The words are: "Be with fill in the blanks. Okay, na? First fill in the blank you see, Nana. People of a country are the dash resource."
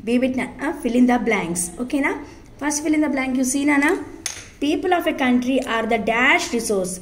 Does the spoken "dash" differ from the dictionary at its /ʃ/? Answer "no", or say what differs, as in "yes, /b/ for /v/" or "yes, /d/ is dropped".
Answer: no